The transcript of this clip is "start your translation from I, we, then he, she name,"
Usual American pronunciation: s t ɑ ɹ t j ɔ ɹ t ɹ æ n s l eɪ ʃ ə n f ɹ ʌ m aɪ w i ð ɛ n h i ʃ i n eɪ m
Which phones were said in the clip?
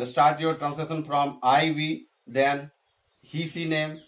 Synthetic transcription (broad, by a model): s t ɑ ɹ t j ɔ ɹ t ɹ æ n s eɪ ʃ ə n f ɹ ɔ m aɪ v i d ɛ n h i s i n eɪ m